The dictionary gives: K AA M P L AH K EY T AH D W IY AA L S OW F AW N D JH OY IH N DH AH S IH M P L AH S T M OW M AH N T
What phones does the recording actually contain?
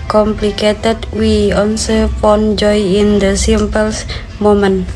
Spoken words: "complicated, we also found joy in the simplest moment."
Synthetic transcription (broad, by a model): K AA M P L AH K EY T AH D W IY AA N S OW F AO N JH OY IH N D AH S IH M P AH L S M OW M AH N